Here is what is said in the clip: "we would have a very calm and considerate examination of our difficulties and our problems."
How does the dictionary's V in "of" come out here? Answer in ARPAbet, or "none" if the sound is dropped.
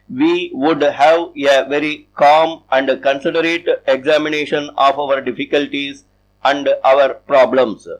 V